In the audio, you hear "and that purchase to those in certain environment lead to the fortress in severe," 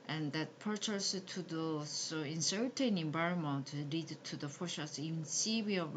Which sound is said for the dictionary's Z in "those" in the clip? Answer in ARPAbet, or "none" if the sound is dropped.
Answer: S